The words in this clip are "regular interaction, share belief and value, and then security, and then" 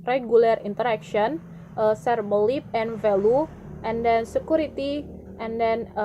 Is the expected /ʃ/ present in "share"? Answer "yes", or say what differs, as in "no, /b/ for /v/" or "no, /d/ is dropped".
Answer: no, /s/ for /ʃ/